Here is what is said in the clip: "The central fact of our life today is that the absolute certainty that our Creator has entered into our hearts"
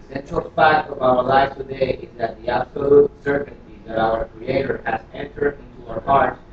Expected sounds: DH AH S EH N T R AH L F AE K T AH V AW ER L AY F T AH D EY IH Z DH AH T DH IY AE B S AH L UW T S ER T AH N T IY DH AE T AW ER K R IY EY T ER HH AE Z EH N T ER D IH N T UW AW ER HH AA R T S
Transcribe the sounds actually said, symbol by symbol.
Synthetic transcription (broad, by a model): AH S EH N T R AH L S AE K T AH V AW ER L AY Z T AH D EY IH Z DH AH T DH IY AE B S AH L UW T S ER T N T IY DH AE T AW ER K R IY EY T ER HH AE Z EH N T ER D IH N T UW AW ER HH AA R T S